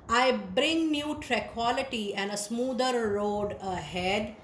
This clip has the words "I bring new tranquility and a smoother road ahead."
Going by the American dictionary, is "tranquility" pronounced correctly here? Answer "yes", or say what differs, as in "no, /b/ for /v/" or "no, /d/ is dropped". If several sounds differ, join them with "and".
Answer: no, /ŋ/ is dropped